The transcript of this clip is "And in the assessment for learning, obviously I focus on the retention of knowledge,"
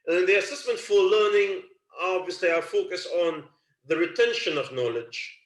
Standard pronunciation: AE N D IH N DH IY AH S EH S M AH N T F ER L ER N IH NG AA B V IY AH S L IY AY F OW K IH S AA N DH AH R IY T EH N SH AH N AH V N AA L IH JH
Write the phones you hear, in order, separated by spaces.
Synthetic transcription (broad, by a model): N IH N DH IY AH S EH S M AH N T F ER L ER N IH NG AA B V IY AH S L IY AY F OW K IH S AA N DH AH R IY T EH N SH AH N AH V N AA L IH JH